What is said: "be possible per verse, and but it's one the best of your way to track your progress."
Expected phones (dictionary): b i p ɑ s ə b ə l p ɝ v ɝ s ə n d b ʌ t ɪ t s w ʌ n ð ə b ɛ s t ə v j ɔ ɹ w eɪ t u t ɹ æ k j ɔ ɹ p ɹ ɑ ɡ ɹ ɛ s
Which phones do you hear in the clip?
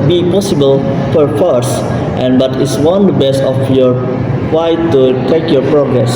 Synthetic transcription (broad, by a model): b i p ɑ s ə b ə l f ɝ f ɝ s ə n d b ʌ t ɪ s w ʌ n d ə b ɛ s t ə f j ɔ ɹ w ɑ t u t ɛ k j ɔ ɹ p ɹ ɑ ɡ ɹ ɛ s